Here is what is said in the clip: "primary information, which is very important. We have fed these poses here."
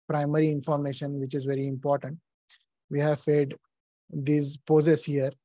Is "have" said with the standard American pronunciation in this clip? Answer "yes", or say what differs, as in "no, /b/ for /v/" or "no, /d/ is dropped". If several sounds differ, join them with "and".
yes